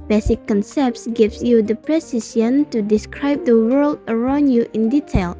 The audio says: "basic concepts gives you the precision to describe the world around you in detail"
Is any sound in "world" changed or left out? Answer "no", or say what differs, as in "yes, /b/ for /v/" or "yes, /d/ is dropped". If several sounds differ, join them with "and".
no